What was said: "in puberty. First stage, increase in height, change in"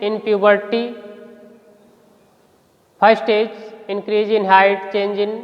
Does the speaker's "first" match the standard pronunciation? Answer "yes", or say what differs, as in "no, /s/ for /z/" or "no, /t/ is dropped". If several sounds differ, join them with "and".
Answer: no, /s/ is dropped